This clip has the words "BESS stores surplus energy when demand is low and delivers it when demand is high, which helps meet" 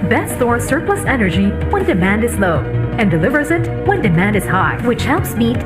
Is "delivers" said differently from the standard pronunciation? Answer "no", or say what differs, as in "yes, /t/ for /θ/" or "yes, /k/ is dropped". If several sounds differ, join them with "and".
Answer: no